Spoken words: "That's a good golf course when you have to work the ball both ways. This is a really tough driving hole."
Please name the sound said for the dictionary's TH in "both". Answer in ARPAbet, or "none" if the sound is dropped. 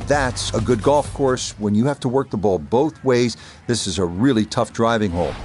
TH